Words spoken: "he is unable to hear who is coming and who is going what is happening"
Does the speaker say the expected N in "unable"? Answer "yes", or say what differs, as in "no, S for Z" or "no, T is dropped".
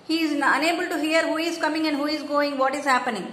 yes